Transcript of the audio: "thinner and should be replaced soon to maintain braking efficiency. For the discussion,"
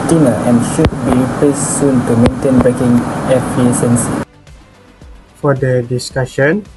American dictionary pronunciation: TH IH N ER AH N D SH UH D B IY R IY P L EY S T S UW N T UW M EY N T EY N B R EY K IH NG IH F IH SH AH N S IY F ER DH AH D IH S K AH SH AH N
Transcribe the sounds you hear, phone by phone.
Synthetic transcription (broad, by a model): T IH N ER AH N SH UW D B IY IY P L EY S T S UW N T UW M EY N T EY N B R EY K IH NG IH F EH S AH N S F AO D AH D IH S K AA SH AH N